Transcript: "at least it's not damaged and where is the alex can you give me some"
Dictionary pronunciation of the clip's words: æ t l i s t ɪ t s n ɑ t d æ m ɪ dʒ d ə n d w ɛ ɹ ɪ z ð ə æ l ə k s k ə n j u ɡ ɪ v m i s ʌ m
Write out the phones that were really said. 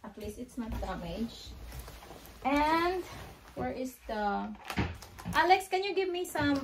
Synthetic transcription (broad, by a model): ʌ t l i s ɪ t s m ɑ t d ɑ m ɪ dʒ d ə n d w ɛ ɹ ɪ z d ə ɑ l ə k s k ə n j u ɡ ɪ v m i s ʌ m